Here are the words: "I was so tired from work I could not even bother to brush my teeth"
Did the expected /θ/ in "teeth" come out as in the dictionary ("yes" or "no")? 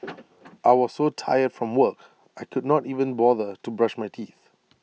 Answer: yes